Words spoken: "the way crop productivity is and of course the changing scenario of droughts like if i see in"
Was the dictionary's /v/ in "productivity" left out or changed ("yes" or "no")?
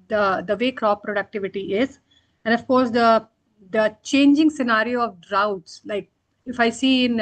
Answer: no